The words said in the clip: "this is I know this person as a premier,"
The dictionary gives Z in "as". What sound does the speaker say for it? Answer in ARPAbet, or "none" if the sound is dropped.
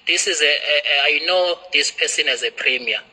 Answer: Z